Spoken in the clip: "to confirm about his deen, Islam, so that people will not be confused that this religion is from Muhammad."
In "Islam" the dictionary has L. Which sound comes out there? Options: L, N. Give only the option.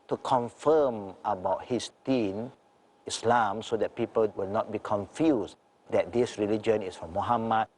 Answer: L